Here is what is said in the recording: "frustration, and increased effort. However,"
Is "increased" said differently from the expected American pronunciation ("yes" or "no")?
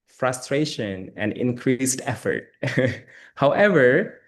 no